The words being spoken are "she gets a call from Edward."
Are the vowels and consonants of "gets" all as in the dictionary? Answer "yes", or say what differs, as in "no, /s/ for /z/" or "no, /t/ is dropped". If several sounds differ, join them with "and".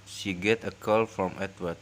no, /s/ is dropped